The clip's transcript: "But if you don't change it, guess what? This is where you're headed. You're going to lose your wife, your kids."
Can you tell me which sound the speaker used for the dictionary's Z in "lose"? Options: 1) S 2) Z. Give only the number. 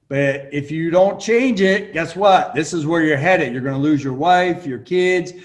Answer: 2